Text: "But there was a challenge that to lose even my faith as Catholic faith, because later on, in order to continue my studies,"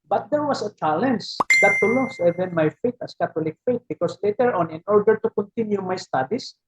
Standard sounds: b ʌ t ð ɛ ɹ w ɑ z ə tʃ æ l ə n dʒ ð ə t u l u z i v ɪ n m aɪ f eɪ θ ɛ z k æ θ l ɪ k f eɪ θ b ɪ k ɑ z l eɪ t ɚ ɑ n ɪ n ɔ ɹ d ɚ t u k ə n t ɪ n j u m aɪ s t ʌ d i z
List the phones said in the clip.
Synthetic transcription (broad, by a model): b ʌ t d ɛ ɹ w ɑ s ə tʃ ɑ l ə n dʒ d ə t u l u s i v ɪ n m aɪ f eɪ t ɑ s k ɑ t l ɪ k f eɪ t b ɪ k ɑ s l eɪ t ɚ ɑ n ɪ n ɔ ɹ d ɚ t u k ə n t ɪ n j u m aɪ s t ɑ d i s